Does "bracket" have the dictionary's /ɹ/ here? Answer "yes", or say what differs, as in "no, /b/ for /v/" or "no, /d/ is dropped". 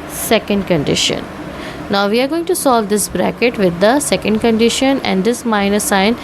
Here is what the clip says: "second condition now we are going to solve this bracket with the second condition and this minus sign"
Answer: yes